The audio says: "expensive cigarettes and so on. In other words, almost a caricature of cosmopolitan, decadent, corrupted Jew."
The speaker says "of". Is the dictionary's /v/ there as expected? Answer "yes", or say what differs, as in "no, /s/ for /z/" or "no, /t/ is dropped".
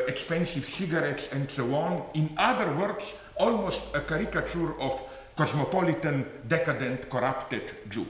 no, /f/ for /v/